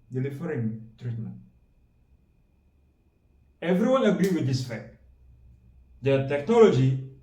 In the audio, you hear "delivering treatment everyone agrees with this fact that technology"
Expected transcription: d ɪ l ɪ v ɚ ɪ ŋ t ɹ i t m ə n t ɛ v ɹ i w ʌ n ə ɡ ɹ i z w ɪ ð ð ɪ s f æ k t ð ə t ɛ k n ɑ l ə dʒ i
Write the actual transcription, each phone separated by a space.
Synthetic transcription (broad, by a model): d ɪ l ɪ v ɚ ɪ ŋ t ɹ i t m ə n t ɛ v ɹ i w ʌ n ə ɡ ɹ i w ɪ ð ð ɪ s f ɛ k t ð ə t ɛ k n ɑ l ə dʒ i